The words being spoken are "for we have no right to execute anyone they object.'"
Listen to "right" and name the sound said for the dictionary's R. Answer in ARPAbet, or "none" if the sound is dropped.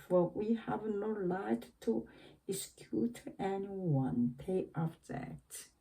L